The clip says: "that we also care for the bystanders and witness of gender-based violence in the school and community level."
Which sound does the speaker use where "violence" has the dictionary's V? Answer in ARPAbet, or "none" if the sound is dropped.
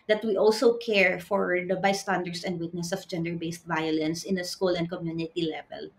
V